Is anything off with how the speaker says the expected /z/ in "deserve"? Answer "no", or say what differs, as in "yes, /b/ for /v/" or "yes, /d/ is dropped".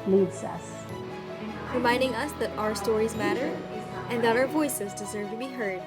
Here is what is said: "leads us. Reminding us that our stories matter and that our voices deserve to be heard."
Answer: no